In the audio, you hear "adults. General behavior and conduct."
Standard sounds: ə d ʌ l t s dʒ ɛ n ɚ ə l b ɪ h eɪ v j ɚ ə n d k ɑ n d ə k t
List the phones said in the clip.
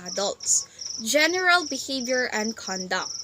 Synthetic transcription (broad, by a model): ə d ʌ l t s dʒ ɛ n ɚ ə l b ɪ h eɪ v j ɚ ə n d k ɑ n d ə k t